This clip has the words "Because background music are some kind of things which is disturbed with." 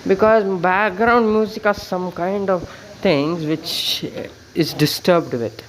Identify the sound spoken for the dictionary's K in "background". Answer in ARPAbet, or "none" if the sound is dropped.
K